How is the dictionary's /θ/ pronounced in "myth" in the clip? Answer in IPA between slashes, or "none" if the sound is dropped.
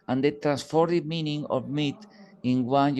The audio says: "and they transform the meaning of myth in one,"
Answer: /t/